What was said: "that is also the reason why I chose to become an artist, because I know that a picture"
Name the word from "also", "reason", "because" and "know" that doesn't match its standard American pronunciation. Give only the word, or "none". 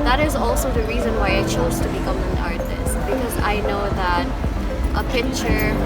none